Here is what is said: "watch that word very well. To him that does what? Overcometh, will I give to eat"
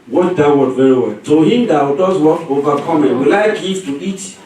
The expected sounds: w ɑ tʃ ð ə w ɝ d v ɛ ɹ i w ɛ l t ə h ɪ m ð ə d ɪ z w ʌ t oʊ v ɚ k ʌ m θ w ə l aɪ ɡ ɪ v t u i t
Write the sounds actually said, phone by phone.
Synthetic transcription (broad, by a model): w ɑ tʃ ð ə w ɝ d v ɛ ɹ i w ɛ l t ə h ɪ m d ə d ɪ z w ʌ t oʊ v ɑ k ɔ m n w ə l aɪ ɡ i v t u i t